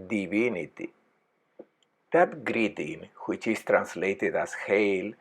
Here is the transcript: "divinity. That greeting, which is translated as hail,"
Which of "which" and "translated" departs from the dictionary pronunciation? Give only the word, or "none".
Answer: none